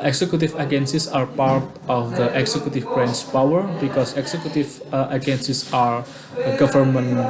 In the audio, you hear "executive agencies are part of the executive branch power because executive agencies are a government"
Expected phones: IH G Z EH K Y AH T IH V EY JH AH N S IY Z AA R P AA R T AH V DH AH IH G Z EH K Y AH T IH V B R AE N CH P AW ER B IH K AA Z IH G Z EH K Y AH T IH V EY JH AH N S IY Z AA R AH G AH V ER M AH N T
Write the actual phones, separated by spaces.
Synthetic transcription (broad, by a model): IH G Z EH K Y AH T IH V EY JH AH N S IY S AA R P AA R T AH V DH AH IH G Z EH K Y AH T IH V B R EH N S P AW ER B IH K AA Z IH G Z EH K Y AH T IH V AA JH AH N S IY S AA R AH G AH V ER M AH N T